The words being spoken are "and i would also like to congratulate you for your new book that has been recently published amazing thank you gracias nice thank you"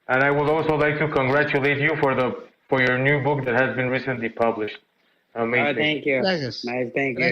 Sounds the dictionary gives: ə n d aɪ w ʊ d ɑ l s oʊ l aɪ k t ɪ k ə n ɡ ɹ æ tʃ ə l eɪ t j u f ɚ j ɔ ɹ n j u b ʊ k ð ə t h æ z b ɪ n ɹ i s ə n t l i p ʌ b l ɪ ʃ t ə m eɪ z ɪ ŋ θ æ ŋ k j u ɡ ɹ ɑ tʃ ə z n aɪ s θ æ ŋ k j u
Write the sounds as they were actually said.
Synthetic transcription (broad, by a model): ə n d aɪ w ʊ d ɑ l s oʊ l aɪ k t ɪ k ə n ɡ ɹ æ tʃ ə l eɪ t j u f ɚ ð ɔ ɹ n j u b ʊ k ð ə t h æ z b ɪ n ɹ i s ə n t l i p ʌ b l ɪ ʃ t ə m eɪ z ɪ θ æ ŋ k j u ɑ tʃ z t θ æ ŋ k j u